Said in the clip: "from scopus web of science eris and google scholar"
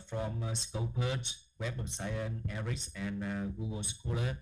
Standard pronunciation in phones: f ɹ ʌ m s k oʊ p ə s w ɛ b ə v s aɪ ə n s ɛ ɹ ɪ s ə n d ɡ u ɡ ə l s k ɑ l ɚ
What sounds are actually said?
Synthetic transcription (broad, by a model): f ɹ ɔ m s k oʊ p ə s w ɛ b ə p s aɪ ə n ɛ ɹ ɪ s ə n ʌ ɡ u ɡ ə l s k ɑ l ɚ